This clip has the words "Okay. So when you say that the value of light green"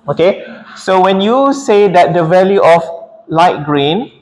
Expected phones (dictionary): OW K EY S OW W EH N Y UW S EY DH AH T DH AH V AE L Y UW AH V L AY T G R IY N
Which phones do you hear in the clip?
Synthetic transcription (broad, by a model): OW K EY S OW W EH N Y UW S EY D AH T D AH V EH L Y UW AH F L AY T G R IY N